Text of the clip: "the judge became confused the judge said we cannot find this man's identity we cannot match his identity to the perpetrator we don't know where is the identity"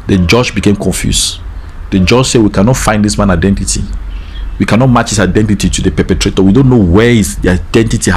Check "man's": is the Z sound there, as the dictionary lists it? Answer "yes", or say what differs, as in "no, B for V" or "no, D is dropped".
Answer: no, Z is dropped